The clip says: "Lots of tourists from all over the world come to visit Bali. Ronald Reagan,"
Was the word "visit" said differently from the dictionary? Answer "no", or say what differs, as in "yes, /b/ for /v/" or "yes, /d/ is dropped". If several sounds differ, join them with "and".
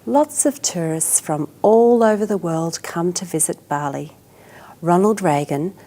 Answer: no